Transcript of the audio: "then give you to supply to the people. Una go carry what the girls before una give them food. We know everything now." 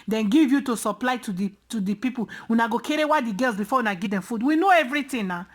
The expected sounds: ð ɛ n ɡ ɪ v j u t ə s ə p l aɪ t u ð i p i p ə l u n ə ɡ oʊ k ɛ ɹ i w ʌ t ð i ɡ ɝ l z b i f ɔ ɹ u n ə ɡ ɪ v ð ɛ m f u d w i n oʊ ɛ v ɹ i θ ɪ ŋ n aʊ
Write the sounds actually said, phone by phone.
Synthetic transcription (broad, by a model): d ɛ n ɡ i v j u t ə s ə p l aɪ t u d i p i p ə w u n ə ɡ oʊ k ɛ ɹ i w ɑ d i ɡ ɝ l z b i f ɔ w u n ə ɡ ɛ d ɛ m f u d w i n oʊ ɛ v ɹ i t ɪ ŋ n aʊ